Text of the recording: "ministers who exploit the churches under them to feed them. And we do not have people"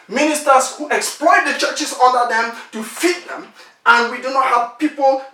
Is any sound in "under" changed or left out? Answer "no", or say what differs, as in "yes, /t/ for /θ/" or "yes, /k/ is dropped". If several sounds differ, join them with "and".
yes, /n/ is dropped